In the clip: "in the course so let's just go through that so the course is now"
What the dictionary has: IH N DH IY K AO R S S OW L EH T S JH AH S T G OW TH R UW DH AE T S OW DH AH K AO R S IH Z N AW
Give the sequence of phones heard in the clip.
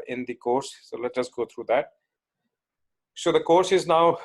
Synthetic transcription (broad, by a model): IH N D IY K AO R S S OW L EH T JH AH S G OW T R UW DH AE T S OW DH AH K AO R S IH Z N AW